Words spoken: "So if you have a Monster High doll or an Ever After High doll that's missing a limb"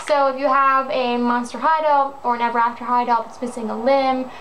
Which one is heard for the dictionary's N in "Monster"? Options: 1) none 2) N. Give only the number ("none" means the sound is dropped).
2